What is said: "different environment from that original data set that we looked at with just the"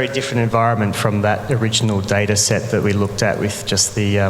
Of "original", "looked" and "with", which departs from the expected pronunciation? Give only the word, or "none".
none